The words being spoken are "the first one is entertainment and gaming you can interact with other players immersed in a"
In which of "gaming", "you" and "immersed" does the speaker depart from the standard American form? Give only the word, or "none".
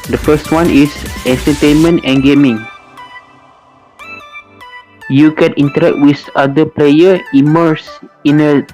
immersed